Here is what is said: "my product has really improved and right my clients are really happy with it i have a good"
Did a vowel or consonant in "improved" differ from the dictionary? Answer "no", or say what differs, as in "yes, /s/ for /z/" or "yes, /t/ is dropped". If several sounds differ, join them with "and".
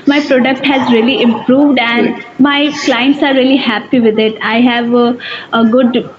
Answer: no